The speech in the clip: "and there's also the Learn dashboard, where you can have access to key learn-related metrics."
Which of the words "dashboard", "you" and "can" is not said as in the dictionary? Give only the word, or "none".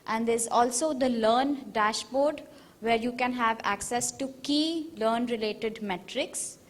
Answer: none